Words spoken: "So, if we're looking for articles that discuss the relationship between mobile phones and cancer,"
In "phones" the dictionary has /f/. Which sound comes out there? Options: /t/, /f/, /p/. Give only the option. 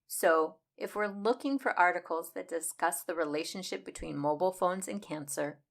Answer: /f/